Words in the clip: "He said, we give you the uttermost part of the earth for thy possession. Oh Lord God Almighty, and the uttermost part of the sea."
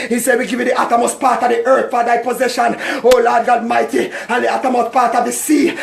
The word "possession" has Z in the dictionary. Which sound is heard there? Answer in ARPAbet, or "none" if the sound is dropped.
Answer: Z